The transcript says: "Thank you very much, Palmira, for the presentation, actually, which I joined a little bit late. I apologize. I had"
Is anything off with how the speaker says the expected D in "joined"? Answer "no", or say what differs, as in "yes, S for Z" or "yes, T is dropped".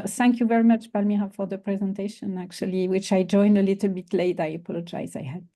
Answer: no